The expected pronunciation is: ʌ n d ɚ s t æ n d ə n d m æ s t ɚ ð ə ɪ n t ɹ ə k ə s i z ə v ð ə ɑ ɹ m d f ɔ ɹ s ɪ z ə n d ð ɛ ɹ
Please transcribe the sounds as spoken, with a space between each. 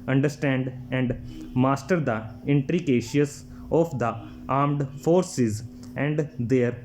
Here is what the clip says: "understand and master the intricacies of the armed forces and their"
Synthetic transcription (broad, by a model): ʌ n d ɚ s t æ n d ə n d m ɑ s t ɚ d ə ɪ n t ɹ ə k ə ʃ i s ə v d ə ɑ ɹ m d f ɔ ɹ s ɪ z ə n d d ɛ ɹ